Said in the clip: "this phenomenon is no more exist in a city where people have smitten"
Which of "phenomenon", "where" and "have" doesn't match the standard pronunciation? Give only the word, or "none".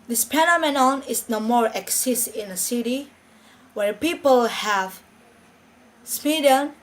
phenomenon